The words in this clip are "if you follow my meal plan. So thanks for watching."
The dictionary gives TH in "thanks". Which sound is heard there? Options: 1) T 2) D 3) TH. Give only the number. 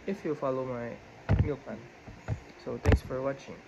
1